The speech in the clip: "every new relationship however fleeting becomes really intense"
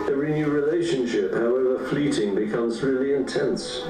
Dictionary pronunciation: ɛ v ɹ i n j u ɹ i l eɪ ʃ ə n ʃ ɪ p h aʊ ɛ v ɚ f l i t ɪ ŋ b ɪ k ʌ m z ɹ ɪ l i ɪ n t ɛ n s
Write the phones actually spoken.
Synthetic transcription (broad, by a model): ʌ ɹ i n j u ɹ i l eɪ ʃ ə n ʃ ɪ p h aʊ ɛ v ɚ f l i t ɪ ŋ b ɪ k ʌ m z ɹ ɪ l i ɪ n t ɛ n s